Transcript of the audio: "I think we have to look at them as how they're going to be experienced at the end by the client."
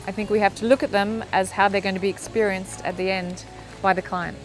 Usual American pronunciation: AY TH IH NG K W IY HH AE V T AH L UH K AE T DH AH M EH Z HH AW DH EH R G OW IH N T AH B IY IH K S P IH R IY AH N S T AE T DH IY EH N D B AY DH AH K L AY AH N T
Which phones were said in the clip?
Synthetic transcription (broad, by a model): AY TH IH NG K W IY HH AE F T AH L UH K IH T DH AH M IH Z HH AW DH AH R G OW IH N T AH B IY IH K S P IH R IY AH N S T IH T DH IY EH N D B AY DH AH K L AY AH N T